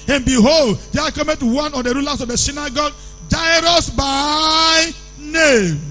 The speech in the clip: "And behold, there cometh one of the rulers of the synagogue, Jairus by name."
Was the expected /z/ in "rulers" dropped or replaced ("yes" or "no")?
yes